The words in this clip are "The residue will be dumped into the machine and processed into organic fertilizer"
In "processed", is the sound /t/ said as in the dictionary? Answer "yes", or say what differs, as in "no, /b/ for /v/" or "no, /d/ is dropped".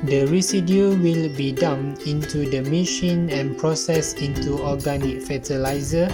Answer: no, /t/ is dropped